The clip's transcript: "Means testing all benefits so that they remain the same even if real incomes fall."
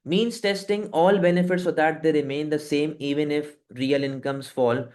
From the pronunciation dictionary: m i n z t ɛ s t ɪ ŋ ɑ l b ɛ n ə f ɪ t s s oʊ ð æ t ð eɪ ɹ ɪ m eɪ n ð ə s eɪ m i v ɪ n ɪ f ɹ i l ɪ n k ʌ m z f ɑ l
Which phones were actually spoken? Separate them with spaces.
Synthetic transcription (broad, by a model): m i n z t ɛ s t ɪ ŋ ɑ l b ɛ n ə f ɪ t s s oʊ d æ t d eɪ ɹ ɪ m eɪ n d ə s eɪ m i v ɪ n ɪ f ɹ i l ɪ n k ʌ m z f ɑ l